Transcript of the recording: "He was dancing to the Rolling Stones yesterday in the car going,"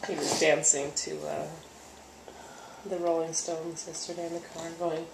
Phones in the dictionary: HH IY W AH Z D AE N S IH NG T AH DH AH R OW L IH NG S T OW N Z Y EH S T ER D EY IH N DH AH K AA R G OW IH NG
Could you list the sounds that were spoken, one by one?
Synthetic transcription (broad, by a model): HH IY W AH Z D AE N S IH NG T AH DH AH R OW L IH NG S T OW N Z Y EH S T ER D EY IH N DH AH K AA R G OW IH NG